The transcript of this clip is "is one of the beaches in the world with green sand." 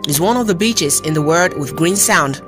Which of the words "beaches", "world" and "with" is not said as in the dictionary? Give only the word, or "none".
world